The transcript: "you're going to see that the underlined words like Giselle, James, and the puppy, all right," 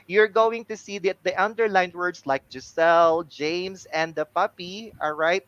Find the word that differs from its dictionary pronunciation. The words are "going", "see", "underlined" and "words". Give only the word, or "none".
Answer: words